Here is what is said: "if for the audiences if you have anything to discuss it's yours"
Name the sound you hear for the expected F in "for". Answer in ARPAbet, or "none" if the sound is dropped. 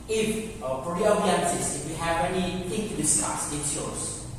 P